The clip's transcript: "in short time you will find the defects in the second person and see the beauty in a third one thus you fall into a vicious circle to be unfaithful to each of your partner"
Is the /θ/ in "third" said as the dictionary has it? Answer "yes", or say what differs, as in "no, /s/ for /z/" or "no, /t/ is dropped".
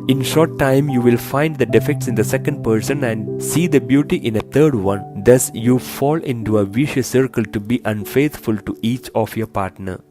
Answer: no, /t/ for /θ/